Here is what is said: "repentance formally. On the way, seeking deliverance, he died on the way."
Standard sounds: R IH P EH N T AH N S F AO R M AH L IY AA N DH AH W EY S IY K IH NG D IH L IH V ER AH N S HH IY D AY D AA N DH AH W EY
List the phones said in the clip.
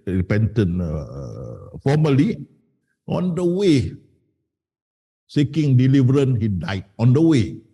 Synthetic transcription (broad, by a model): R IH P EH N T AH N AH F AO M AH L IY AA N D AH W EY S IY K IH NG D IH L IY V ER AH N HH IY D AY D AA N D AH W EY